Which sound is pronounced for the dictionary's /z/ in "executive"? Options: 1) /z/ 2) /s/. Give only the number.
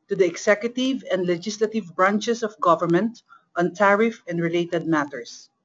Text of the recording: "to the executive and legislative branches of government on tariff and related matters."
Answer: 2